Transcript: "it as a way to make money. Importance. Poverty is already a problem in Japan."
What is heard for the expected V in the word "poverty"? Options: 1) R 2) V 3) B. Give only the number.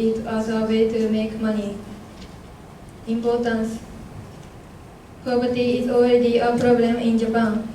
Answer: 3